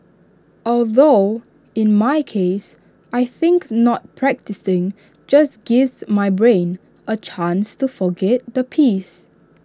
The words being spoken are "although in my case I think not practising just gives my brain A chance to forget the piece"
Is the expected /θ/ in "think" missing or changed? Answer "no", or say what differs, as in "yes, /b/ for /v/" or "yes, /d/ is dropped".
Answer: no